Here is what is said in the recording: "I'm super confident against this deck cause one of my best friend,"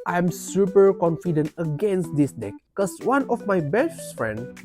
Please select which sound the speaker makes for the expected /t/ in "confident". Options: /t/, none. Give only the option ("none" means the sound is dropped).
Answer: /t/